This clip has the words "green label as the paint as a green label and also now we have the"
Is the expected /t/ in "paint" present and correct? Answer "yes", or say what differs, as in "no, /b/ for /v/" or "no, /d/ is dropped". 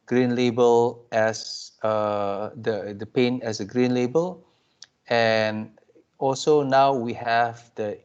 no, /t/ is dropped